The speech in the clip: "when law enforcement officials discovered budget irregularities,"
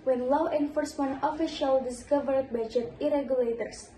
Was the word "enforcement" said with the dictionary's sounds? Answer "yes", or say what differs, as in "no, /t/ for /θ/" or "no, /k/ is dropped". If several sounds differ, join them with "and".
no, /t/ is dropped